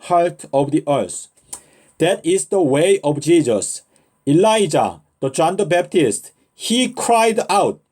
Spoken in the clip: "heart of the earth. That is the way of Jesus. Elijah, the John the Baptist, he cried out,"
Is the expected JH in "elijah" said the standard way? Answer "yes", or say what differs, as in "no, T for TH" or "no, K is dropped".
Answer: yes